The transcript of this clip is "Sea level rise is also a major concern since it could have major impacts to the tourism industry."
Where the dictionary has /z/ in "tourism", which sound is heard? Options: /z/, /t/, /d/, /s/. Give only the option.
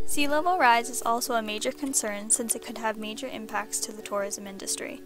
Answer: /z/